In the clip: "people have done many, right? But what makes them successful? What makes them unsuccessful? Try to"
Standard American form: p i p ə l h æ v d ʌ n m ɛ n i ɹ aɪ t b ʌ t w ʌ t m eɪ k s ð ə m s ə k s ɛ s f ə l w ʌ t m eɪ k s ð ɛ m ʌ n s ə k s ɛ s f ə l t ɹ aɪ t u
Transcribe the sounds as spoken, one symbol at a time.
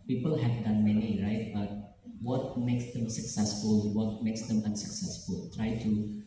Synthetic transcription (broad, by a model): p i p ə l h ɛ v d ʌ n m ɛ n i ɹ aɪ t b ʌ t w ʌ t m eɪ k s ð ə m s ə k s ɛ s f ə l w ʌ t m eɪ k s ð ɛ m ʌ n s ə k s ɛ s f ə l t ɹ aɪ t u